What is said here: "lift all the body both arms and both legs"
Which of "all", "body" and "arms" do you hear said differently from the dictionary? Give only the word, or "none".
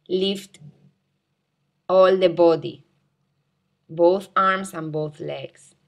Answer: arms